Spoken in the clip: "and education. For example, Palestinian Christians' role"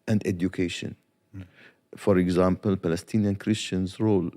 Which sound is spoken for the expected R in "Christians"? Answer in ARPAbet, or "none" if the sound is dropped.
R